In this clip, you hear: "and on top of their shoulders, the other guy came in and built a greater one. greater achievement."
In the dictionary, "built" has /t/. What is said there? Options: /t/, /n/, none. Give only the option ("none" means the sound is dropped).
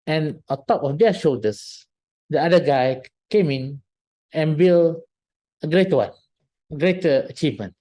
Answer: none